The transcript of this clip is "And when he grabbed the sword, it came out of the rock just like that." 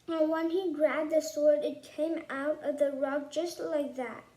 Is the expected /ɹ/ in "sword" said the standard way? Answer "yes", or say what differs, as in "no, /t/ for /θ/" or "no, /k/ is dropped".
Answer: yes